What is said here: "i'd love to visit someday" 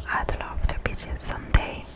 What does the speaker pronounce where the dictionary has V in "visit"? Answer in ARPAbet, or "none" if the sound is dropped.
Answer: B